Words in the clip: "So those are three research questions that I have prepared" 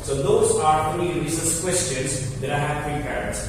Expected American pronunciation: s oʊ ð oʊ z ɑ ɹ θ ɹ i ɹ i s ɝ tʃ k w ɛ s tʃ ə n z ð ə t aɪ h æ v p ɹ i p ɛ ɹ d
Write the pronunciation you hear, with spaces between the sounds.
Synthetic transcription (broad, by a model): s oʊ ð oʊ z ɑ ɹ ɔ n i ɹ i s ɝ s k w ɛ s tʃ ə n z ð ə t aɪ h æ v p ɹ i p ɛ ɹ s